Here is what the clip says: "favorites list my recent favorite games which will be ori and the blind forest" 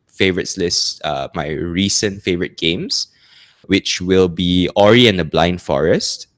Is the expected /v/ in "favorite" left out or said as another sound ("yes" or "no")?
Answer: no